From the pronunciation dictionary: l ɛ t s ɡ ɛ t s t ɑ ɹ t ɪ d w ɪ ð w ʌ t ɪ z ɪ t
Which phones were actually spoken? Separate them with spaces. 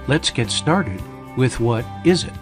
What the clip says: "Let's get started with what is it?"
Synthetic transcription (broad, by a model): l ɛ t s ɡ ɛ t s t ɑ ɹ t ɪ d w ɪ ð w ʌ t ɪ z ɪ t